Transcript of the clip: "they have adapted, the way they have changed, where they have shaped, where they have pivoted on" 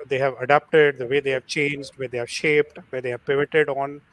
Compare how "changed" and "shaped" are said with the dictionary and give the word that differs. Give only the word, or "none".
none